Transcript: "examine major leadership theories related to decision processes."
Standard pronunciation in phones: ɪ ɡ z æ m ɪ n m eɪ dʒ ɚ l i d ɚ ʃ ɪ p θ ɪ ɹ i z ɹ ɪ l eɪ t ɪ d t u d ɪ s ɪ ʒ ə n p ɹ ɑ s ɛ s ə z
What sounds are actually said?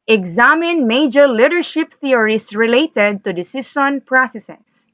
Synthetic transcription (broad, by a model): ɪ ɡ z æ m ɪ n m eɪ dʒ ɚ l i d ɚ ʃ ɪ p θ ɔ ɹ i s ɹ ɪ l eɪ t ɪ d t u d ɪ s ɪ s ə n p ɹ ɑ s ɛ s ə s